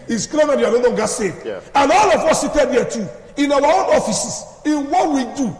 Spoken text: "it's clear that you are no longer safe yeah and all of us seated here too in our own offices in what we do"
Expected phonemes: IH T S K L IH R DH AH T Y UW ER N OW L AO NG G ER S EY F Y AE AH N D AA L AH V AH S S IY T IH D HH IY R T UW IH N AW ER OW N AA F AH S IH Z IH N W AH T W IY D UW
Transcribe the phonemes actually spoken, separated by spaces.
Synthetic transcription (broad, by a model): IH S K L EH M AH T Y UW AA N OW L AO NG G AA S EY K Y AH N AA L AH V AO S S IY T IH D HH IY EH T UW IH N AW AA OW N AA F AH S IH S IH N W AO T W IY D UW